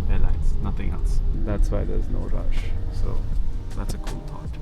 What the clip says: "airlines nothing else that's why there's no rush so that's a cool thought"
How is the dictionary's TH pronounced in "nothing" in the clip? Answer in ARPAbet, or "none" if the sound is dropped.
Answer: TH